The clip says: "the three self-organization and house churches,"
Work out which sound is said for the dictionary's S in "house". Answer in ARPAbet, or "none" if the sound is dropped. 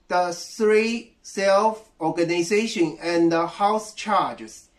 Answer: S